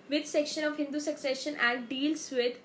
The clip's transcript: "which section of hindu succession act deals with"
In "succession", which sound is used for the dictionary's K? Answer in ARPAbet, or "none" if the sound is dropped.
K